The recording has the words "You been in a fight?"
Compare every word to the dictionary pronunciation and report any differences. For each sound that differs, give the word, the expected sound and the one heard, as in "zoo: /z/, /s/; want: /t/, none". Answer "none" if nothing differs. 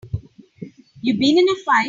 fight: /t/, none